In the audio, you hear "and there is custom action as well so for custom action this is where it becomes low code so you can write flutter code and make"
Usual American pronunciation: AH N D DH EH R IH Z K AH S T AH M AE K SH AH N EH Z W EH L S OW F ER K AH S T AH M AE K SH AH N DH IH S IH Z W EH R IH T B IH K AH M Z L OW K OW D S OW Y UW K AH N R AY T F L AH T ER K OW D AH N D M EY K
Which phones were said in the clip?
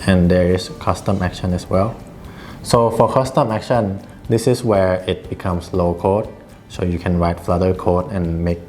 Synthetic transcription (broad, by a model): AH N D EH R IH S K AH S T AH M AE K SH AH N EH S W EH L S OW F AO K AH S T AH M AE K SH AH N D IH S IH S W EH R IH T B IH K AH M S L OW K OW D S OW Y UW K AH N R AY T F L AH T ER K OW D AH N M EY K